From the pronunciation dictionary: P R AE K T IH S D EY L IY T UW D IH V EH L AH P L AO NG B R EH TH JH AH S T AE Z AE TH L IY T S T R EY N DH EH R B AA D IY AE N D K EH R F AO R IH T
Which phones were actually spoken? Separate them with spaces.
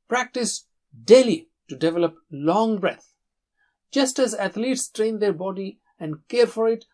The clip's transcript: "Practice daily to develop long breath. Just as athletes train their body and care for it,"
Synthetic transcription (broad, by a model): P R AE K T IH S D EY L IY T UW D IH V EH L AH P L AO NG B R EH T JH AH S T AE Z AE T L IY T S T R EY N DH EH R B AA D IY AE N D K EH R F AO R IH T